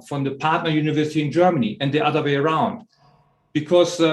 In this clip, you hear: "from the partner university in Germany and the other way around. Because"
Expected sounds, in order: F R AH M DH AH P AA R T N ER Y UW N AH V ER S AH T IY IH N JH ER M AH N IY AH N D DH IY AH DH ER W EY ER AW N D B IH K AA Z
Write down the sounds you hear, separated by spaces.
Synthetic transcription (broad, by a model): F R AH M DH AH P AA R T N ER Y UW N AH V ER S AH T IY IH N JH ER M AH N IY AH N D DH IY AH DH ER W EY ER AW N D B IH K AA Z